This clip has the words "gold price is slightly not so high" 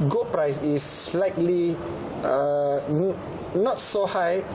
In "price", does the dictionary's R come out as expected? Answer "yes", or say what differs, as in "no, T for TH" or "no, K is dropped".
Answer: yes